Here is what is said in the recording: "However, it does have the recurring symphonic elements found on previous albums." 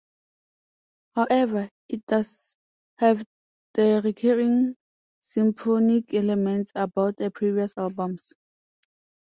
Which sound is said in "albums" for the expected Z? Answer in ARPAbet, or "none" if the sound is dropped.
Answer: S